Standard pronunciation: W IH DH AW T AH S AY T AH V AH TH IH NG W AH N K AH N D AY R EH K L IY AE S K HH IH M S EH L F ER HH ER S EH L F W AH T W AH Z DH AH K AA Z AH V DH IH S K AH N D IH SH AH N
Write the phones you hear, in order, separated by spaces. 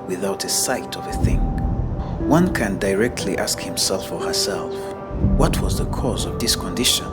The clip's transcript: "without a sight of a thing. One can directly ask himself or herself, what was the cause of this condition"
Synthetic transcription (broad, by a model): W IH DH AW T AH S AY T AH V AH TH IH NG W AH N K AH N D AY R EH K L IY AE S K HH IH M S EH L F ER HH ER S EH L F W AH T W AH Z DH AH K AA Z AH V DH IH S K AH N D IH SH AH N